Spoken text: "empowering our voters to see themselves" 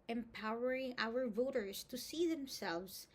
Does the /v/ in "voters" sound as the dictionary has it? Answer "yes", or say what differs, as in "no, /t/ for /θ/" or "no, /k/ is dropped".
yes